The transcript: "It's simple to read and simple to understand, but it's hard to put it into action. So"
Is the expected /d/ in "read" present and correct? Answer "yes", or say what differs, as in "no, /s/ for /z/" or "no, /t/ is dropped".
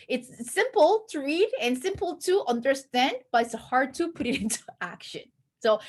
yes